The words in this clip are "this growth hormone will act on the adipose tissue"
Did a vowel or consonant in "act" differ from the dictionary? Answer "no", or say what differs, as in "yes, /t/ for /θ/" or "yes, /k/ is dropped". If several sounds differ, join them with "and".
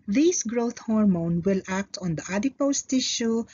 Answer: no